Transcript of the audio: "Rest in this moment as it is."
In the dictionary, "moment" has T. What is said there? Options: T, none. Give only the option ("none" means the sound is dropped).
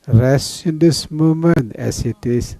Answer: none